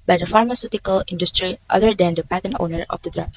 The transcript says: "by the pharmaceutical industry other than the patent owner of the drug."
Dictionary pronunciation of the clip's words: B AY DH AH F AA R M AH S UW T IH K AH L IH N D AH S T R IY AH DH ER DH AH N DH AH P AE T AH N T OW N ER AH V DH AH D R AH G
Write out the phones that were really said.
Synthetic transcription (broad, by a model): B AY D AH F AA R M AH S UW T IH K AH L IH N D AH S T R IY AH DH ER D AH N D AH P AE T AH N OW N ER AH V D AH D R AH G